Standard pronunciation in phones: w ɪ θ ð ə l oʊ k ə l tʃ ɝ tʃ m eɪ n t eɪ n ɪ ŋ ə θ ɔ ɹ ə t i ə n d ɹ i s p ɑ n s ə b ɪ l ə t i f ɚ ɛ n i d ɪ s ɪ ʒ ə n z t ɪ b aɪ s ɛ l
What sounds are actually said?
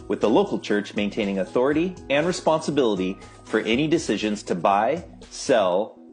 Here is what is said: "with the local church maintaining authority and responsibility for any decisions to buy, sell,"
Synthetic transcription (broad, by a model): w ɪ ð ə l oʊ k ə l tʃ ɝ tʃ m eɪ n t eɪ n ɪ ŋ ə θ ɔ ɹ ə t i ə n ɹ i s p ɑ n s ə b ɪ l ə t i f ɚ ɛ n i d ɪ s ɪ ʒ ə n z t ɪ b aɪ s ɛ l